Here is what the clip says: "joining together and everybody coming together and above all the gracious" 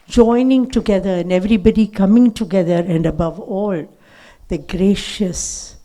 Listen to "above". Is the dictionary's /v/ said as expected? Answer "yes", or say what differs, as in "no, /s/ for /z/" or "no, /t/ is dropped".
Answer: yes